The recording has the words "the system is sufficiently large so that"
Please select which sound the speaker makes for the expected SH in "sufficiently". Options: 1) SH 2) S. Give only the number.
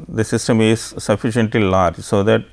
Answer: 1